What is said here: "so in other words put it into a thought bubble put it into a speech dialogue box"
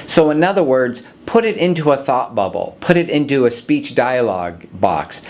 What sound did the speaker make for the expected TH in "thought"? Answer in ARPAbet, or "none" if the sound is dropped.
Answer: TH